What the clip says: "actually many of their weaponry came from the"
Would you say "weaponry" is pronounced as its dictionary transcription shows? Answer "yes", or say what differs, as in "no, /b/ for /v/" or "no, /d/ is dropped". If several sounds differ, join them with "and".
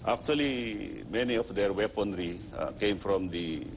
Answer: yes